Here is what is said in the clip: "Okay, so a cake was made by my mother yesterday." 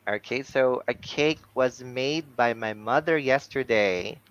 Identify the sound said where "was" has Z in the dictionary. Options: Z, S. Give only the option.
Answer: Z